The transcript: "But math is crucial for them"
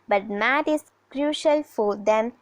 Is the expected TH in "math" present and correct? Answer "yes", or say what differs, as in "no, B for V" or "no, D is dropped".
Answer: no, T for TH